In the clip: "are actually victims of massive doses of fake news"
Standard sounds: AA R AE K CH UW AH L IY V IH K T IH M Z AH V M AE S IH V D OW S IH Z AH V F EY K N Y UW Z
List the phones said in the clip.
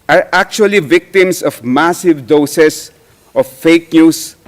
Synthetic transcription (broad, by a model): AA R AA K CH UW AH L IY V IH K T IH M S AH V M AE S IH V D OW S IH S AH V F EY K N Y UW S